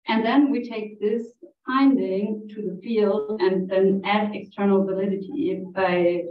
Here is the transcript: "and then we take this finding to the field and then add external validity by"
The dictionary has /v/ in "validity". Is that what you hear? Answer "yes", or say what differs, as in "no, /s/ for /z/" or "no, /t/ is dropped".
yes